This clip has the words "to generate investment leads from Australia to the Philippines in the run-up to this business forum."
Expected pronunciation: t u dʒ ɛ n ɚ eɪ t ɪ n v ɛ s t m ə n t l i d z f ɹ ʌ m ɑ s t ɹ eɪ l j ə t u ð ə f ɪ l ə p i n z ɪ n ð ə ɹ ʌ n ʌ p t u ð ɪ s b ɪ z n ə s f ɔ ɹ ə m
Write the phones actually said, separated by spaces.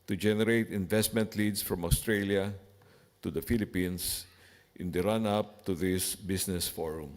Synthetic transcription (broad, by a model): t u dʒ ɛ n ɚ eɪ t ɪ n v ɛ s t m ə n t l i d s f ɹ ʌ m ɑ s t ɹ eɪ l j ə t u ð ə f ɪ l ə p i n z ɪ n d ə ɹ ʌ n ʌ p t u ð ɪ s b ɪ s n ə s f ɔ ɹ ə m